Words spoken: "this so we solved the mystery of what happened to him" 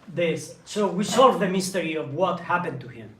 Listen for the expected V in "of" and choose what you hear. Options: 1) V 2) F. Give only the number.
1